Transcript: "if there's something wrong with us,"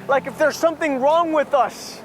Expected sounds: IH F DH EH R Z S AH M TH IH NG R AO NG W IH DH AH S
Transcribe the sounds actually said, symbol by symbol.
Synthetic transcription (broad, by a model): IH F DH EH R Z S AH M TH IH NG R AO NG W IH DH AH S